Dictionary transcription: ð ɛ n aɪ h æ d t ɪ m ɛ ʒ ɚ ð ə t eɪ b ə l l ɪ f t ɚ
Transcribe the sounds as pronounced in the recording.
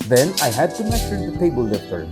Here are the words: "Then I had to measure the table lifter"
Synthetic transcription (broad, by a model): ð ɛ n aɪ h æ d t ɪ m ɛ s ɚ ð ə t eɪ b ə l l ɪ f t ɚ